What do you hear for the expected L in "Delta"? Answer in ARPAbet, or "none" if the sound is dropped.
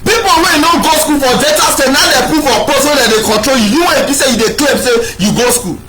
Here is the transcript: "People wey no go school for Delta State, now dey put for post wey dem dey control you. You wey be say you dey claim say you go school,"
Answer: none